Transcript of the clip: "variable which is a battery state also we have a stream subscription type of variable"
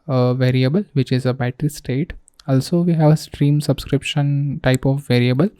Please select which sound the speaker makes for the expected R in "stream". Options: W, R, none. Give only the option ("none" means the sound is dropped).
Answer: R